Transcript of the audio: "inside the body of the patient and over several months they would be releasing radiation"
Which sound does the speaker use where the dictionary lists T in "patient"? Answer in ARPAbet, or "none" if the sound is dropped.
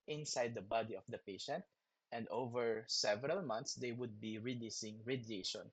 T